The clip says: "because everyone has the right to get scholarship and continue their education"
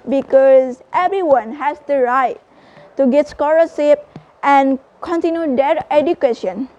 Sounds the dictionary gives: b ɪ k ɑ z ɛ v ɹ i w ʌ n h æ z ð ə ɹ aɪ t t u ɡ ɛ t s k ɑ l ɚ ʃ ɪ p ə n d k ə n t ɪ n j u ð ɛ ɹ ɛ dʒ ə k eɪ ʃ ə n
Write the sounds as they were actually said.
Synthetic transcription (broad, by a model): b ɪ k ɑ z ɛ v ɹ i w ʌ n h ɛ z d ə ɹ aɪ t t u ɡ ɛ t s k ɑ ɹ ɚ s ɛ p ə n k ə n t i n j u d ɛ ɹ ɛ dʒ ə k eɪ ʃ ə n